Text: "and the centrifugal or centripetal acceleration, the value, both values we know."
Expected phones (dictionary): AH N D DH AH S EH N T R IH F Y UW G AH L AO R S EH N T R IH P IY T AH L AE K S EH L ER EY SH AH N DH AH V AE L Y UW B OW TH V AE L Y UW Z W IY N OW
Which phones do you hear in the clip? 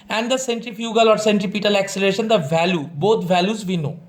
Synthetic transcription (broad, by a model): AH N D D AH S EH N T R IH F Y UW G AH L AO R S EH N T R IH P IY T AH L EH K S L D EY SH AH N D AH V AE L Y UW B OW T V AE L Y UW Z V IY N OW